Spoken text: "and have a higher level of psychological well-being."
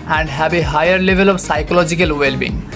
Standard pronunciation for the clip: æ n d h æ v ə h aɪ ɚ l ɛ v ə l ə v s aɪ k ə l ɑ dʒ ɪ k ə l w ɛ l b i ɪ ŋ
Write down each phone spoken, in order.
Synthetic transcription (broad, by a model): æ n d h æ b ə h aɪ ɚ l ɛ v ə l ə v s aɪ k ə l ɑ dʒ ɪ k ə l w ɛ l b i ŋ